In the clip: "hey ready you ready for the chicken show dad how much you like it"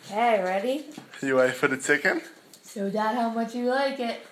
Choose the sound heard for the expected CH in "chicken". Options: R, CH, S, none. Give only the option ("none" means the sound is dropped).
S